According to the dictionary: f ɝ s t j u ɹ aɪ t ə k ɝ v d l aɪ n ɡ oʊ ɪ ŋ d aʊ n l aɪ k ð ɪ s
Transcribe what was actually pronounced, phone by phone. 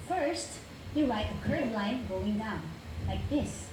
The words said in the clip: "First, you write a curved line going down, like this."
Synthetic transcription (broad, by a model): f ɝ s t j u l aɪ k ə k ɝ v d l aɪ n ɡ oʊ ɪ ŋ d aʊ n l aɪ k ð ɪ s